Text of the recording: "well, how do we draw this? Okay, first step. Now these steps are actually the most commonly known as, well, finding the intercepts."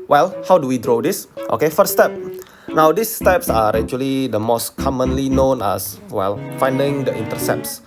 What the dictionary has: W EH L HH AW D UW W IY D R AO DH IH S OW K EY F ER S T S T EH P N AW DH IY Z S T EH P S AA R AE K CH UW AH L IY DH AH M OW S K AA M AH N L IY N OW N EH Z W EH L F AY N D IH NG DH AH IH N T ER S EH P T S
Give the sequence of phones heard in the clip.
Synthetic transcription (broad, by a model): W EH L HH AW D UW W IY D R AO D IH S OW K EY F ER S S T EH P N AW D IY S T EH P S AA R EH CH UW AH L IY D AH M OW S K AA M AH N L IY N OW N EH S W EH L F AY N D IH NG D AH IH N T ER S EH P S